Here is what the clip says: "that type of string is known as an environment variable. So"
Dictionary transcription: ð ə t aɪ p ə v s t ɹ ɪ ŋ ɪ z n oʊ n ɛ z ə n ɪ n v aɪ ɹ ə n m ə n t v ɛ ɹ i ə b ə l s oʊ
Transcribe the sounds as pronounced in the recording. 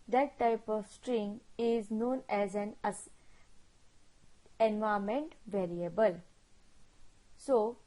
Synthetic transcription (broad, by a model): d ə t aɪ p ə v s t ɹ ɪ ŋ ɪ z n oʊ n ɛ z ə n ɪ n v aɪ ə m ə n t v ɛ ɹ i ə b ə l s oʊ